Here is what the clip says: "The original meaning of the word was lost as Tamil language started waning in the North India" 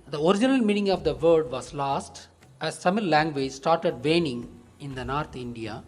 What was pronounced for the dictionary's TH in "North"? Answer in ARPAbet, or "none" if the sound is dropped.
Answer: T